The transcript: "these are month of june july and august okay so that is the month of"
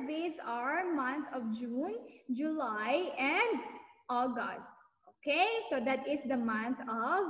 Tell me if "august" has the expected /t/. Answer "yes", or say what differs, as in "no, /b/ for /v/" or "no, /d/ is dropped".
yes